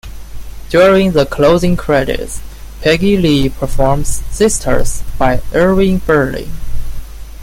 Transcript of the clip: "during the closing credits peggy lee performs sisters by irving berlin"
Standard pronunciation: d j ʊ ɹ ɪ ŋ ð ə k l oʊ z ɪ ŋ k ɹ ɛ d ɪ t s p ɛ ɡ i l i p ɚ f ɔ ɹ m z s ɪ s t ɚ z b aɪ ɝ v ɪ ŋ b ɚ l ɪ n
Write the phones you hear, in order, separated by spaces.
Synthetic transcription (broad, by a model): d j ʊ ɹ ɪ ŋ ð ə k l oʊ z ɪ ŋ k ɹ ɛ d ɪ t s p ɛ ɡ i l i p ɚ f ɔ ɹ m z s ɪ s t ɚ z b aɪ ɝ ɪ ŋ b ɚ l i